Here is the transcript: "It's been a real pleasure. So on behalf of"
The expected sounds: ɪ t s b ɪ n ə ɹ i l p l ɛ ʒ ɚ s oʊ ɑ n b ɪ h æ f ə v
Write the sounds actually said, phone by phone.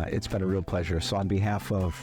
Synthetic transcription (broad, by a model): ɪ t s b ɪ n ə ɹ i l p l ɛ ʒ ɚ s oʊ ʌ n b ɪ h æ f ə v